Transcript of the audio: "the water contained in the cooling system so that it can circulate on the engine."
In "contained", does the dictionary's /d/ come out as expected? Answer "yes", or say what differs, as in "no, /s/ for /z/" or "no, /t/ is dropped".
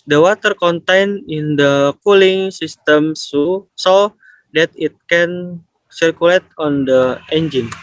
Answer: no, /d/ is dropped